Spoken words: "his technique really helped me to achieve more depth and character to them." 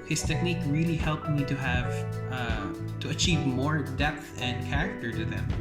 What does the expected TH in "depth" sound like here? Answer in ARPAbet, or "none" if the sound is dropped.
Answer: TH